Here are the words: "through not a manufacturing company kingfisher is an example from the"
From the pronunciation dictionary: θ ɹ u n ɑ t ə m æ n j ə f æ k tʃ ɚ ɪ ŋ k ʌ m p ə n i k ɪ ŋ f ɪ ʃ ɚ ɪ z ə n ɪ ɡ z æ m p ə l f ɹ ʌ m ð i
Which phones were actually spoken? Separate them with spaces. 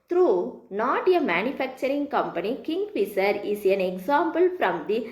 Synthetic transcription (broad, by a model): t ɹ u n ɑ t ə m æ n j ə f æ k tʃ ɚ ɪ ŋ k ʌ m p ə n i k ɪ ŋ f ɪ s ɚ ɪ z ə n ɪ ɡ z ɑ m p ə l f ɹ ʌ m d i